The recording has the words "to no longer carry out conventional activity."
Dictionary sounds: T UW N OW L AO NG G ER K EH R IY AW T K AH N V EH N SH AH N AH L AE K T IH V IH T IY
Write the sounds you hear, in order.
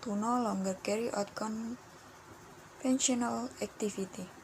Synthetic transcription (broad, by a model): T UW N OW L AO NG G ER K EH R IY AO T K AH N F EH N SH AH N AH L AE K T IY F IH T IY